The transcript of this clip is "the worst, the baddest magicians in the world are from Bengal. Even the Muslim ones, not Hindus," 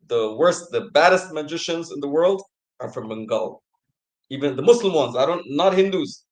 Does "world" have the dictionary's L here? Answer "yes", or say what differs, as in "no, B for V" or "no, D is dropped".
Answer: yes